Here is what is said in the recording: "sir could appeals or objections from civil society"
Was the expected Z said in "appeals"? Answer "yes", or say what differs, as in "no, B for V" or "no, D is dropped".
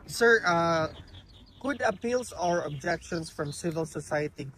no, S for Z